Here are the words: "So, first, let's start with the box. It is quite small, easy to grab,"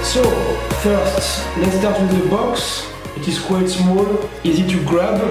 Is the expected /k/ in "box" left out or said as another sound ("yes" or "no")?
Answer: no